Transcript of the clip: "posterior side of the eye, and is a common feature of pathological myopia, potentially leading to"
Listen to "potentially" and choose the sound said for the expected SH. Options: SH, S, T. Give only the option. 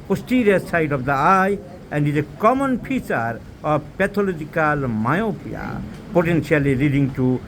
S